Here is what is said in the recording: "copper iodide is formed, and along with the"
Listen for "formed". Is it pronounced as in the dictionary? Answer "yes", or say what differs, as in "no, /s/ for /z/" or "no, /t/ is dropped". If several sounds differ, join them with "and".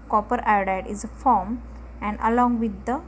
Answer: no, /d/ is dropped